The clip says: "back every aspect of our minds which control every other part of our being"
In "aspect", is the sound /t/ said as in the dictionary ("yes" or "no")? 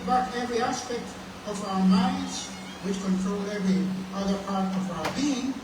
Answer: yes